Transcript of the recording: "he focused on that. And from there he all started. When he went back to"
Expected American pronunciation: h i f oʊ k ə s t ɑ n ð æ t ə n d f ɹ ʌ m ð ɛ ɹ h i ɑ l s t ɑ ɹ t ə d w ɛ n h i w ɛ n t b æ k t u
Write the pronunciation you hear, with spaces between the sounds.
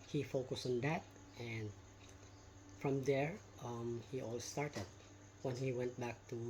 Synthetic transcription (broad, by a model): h i f oʊ k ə s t ɑ n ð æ t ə n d f ɹ ʌ m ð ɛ ɹ h i ɑ l s t ɑ ɹ t ə d w ɛ n h i w ɛ n t b æ k t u